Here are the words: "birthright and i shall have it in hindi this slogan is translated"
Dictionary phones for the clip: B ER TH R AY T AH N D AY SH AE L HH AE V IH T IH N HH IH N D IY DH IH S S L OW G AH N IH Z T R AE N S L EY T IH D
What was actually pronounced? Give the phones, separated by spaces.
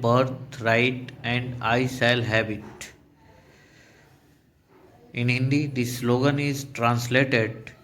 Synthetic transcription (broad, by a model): B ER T R AY T AH N D AY S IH L HH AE B IH T IH N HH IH N D IY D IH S S L OW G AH N IH Z T R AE N S L EY T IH D